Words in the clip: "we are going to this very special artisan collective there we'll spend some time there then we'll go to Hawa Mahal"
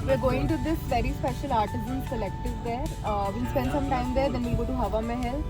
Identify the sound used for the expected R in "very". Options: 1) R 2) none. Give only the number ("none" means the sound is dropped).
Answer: 1